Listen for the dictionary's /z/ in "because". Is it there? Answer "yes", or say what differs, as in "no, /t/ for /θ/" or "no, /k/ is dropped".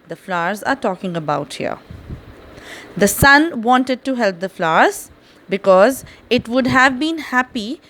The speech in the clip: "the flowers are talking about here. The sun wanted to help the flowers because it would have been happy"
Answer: yes